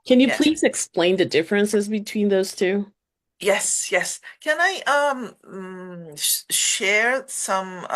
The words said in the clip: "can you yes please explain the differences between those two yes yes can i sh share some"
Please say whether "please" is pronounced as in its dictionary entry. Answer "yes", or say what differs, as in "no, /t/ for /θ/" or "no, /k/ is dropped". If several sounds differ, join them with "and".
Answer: yes